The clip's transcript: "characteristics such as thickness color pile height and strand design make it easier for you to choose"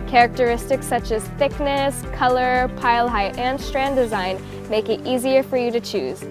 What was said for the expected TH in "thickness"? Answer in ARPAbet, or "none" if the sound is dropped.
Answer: TH